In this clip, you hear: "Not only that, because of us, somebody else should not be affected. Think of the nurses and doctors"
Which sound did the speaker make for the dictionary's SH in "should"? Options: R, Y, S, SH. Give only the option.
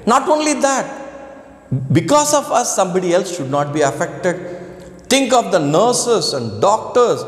SH